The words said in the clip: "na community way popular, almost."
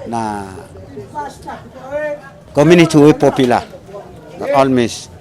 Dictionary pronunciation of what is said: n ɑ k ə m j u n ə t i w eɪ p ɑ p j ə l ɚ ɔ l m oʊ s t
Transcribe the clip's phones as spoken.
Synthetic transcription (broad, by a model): n ɑ k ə m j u n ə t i w eɪ p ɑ p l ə n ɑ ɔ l m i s